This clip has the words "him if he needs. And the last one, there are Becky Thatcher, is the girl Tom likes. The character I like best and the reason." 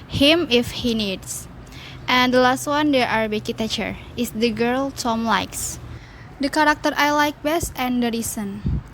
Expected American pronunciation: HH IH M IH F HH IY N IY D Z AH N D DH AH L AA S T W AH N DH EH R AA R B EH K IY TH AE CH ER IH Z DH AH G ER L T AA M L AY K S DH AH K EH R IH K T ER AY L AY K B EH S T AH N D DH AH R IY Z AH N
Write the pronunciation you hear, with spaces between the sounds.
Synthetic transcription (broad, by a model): HH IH M IH F HH IY N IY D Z AH N D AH L AA S T W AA N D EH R AA R B EH K IY T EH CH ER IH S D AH G ER L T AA M L AY K S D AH K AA R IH K T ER AY L AY K B EH S T AH N D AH R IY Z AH N